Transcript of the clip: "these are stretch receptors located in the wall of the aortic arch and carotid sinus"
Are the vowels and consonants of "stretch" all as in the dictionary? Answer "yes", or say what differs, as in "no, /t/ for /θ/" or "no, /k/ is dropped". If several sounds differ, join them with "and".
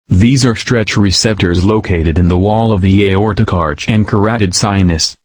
yes